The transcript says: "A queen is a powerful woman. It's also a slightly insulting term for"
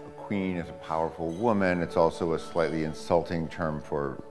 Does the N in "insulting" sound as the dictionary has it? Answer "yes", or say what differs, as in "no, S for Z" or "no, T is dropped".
yes